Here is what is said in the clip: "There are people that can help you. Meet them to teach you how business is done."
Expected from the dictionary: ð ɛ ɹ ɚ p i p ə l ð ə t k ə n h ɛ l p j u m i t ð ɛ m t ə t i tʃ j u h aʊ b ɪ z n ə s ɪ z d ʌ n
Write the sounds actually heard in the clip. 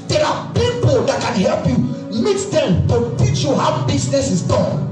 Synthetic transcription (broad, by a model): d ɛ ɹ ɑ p i p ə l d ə t k ə n h ɛ l p j u m i t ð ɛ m t ə t i tʃ j u h aʊ b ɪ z n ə s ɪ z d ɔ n